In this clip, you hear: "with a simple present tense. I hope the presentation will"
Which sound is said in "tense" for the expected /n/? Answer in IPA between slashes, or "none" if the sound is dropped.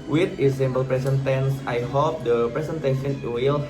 /n/